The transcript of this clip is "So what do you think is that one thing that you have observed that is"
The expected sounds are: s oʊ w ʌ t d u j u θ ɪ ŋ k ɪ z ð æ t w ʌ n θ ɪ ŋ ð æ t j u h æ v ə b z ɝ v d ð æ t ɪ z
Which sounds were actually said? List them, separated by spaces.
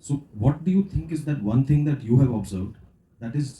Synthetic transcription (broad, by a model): s oʊ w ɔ t d u j u t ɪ ŋ k ɪ z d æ t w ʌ n t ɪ ŋ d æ t j u h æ v ə b z ɝ v d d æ t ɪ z